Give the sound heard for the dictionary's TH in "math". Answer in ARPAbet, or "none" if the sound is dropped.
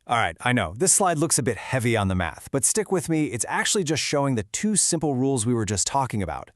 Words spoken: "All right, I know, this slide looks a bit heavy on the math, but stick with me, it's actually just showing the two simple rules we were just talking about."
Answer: TH